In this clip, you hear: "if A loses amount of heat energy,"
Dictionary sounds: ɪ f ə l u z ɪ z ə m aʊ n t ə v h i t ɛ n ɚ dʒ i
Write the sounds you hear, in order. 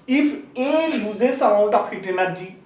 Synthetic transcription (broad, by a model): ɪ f ə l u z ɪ s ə aʊ t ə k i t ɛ n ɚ dʒ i